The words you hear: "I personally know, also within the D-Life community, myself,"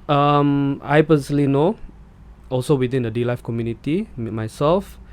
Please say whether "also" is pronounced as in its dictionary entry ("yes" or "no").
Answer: yes